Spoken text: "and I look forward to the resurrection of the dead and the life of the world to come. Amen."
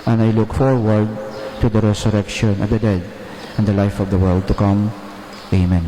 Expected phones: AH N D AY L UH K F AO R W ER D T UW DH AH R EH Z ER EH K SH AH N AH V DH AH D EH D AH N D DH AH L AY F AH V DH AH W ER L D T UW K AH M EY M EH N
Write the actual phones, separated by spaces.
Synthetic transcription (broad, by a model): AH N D AY L UH K F AO R W ER D T UW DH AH R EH S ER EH K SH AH N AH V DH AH D EH D AH N D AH L AY F AH V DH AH W ER L D T UW K AH M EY M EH N